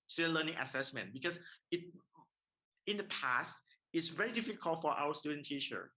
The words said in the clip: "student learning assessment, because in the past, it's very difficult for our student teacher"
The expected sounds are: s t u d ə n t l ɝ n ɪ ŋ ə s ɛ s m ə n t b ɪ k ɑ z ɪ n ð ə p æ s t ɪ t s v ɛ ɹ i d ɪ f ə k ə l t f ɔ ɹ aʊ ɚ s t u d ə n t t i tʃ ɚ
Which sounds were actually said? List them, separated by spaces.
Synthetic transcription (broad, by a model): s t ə l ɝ n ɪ ŋ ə s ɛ s m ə n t b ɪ k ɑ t ɪ n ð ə p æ s t ɪ t s v ɛ ɹ i d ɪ f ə k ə l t f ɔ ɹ aʊ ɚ s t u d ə n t t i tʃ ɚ